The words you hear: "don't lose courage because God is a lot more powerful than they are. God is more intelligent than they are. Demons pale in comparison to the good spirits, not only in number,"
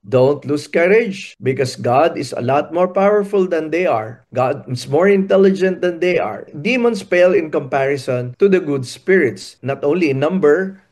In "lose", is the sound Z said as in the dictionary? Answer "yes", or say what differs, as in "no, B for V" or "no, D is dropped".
no, S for Z